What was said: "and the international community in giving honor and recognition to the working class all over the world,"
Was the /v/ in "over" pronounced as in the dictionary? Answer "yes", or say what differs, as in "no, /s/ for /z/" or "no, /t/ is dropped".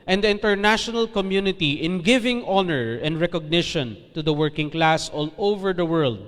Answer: yes